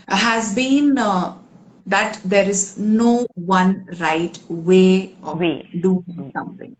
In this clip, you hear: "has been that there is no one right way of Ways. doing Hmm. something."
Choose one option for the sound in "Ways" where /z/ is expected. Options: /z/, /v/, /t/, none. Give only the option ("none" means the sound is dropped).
none